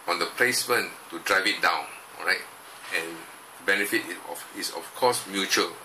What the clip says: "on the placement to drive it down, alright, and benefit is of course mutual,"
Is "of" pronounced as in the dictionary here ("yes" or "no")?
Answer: no